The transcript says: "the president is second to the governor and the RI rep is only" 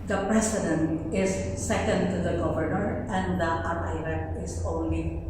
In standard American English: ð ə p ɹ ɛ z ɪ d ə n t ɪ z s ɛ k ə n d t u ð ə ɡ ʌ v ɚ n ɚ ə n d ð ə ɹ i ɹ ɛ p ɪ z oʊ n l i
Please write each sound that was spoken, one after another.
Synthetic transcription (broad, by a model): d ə p ɹ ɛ s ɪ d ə n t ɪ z s ɛ k ə n d t u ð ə ɡ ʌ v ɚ n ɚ ə n d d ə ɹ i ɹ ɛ ɪ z oʊ n l i